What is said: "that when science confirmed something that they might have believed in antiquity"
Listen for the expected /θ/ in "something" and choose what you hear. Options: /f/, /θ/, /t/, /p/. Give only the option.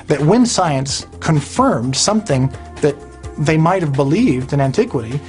/θ/